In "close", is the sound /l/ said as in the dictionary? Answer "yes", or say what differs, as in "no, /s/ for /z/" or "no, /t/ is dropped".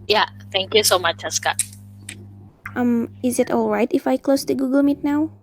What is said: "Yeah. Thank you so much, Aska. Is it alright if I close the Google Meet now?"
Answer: yes